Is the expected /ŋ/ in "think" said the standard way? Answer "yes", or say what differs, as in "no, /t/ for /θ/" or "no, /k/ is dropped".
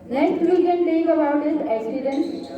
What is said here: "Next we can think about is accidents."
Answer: no, /ŋ/ is dropped